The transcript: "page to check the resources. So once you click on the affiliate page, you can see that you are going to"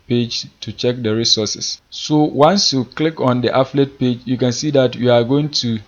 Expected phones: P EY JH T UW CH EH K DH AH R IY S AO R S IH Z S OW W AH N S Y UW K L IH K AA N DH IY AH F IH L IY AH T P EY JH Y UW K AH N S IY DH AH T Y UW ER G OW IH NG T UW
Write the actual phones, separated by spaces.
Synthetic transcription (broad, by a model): P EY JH T UW CH EH K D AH R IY S AO S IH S S OW W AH N S Y UW K L IH K AA N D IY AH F L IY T P EY JH Y UW K AH N S IY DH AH T Y UW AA G OW IH NG T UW